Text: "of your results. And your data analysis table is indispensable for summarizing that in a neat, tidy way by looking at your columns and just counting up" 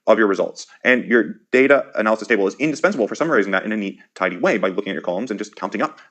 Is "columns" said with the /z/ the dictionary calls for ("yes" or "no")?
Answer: yes